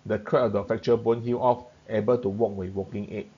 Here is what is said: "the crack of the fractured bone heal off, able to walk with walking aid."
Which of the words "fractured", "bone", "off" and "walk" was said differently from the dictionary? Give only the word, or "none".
fractured